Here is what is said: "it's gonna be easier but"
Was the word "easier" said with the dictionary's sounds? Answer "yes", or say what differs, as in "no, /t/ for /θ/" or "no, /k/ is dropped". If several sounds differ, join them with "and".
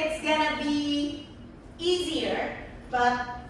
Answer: yes